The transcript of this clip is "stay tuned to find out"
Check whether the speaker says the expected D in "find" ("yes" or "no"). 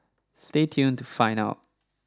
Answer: no